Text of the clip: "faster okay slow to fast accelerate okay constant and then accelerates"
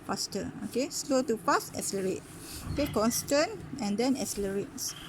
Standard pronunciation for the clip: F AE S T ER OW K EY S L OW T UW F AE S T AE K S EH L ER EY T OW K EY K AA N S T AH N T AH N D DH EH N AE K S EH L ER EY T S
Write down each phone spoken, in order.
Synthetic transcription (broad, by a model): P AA S T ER OW K EY S L OW T UW P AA S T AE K S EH L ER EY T OW K EY K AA N S T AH N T AH N D EH N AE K S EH L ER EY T S